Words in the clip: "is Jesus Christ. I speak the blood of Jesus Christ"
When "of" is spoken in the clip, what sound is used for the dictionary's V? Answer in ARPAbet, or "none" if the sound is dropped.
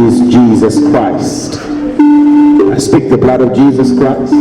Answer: V